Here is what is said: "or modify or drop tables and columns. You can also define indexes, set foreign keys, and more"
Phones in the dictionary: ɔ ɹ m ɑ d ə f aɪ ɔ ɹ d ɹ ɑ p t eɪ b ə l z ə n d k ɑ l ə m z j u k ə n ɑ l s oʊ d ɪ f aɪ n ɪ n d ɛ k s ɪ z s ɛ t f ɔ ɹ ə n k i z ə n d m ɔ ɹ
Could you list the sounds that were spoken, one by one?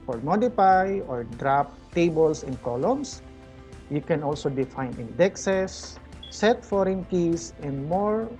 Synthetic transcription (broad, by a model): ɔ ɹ m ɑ d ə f aɪ ɔ ɹ d ɹ ɑ p t eɪ b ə l s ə n k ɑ l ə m s j u k ə n ɑ l s oʊ d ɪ f aɪ n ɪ n d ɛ k s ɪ s ɛ t f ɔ ɹ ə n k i s ə n d m ɔ ɹ